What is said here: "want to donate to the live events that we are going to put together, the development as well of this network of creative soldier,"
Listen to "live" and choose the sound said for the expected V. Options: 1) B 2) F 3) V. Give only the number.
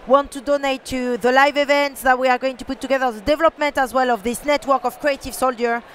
3